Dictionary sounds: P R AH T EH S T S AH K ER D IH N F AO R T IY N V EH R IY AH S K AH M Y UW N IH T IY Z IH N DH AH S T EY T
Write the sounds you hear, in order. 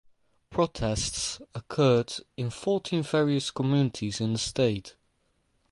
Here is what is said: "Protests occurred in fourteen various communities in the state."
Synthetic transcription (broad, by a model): P R AH T EH S T S AH K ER D IH N F AO T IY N V EH R IY AH S K AH M Y UW N IH T IY Z IH N DH AH S T EY T